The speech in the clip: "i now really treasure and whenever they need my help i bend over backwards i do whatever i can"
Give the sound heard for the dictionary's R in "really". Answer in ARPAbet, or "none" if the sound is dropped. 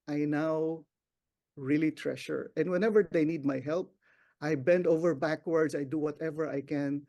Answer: R